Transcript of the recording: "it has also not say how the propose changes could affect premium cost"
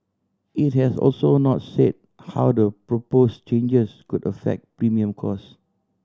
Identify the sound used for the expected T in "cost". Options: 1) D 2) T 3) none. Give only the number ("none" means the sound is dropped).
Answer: 3